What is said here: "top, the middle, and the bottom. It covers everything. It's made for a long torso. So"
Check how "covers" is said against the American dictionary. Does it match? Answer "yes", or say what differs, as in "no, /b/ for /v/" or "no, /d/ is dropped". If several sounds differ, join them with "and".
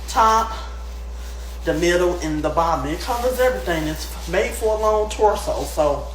yes